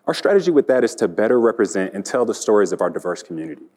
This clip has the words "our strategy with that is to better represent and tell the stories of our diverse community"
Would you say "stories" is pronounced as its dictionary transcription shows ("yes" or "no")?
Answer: yes